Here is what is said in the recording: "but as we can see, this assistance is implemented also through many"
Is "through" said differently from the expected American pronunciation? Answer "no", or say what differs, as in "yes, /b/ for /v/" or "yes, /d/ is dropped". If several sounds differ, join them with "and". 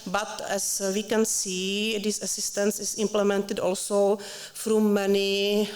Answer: yes, /f/ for /θ/